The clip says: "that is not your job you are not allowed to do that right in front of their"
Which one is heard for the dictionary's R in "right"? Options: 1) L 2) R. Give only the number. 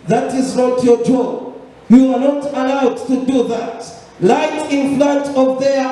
1